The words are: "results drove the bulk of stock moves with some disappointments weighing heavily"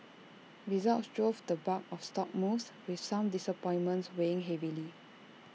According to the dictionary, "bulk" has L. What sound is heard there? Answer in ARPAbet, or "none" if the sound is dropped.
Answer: none